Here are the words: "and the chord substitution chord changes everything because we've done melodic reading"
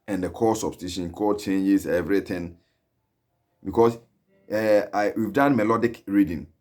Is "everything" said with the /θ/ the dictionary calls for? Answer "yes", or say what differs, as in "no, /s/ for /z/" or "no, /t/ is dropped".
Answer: no, /t/ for /θ/